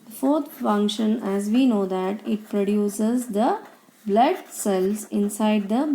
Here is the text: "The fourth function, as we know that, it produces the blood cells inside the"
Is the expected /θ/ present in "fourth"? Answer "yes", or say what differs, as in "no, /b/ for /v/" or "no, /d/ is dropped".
no, /t/ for /θ/